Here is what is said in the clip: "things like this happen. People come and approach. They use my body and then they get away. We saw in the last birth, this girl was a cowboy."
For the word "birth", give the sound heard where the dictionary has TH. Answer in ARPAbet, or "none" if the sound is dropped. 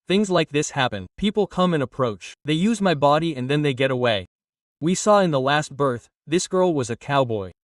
TH